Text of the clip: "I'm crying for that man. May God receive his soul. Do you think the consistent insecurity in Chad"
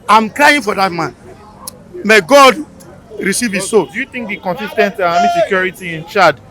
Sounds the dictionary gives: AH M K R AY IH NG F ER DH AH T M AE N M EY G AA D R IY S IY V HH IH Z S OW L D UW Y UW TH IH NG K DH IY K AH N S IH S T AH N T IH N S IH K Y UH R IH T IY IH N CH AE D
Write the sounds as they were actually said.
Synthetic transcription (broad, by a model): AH M K L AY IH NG F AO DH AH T M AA N M EY G AA D R IY S IY V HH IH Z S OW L D UW Y UW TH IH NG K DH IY K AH N S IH S T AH N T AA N S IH K Y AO R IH T IY IH N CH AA D